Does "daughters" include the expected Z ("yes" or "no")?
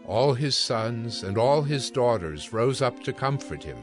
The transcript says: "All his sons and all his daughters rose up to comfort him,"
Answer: yes